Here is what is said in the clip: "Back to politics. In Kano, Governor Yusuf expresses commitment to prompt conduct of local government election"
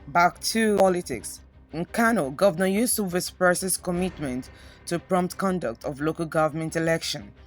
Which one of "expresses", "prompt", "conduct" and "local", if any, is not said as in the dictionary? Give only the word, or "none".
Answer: expresses